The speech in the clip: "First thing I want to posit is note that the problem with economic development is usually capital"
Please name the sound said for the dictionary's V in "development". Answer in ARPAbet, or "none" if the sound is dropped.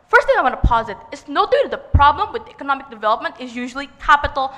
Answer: V